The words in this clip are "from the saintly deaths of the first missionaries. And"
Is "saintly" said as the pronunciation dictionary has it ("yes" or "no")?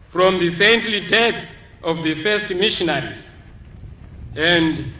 yes